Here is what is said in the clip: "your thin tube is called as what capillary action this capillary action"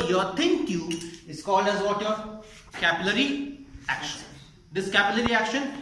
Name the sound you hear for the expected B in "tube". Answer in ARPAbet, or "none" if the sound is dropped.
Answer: none